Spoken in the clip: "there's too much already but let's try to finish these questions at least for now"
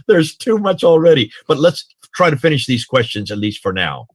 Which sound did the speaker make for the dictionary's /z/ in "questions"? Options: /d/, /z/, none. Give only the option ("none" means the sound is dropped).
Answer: /z/